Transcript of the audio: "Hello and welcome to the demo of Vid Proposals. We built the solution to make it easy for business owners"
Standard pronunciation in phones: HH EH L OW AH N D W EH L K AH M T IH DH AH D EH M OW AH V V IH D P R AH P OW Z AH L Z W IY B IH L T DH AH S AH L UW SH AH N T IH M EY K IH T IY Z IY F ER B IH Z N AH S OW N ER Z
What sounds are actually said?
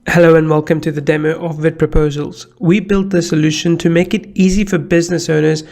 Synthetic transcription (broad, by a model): HH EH L OW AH N W EH L K AH M T IH DH AH D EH M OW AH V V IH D P R AH P OW Z AH L Z W IY B IH L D DH AH S AH L UW SH AH N T IH M EY K IH T IY Z IY F ER B IH Z N AH S OW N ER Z